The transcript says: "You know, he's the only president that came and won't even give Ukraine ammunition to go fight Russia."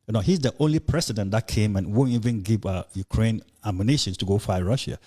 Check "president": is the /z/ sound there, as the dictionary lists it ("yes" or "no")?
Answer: no